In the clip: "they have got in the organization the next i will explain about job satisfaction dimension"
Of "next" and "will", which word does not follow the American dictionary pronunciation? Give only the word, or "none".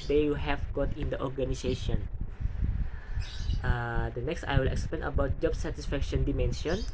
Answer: none